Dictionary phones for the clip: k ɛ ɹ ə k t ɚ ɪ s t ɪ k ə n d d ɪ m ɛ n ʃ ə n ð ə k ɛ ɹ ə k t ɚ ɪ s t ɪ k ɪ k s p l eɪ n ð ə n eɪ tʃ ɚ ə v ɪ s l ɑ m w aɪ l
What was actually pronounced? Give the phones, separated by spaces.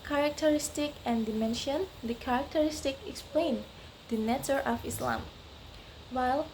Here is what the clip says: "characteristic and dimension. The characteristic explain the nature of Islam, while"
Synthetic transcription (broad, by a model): k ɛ ɹ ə k t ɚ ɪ s t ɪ k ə n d d ɪ m ɛ n ʃ ə n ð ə k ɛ ɹ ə k t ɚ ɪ s t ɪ k ɪ k s p l eɪ n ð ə n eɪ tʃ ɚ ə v ɪ s l ɑ m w aɪ l